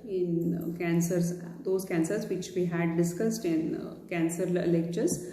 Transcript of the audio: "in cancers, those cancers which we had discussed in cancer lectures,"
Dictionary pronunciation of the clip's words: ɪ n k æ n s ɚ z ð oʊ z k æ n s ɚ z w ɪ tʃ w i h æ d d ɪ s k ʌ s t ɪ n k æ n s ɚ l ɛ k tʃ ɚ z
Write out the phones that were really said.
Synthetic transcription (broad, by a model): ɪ n k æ n s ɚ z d oʊ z k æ n s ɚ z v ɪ tʃ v i h æ d d ɪ s k ʌ s t ɪ n k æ n s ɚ l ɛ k tʃ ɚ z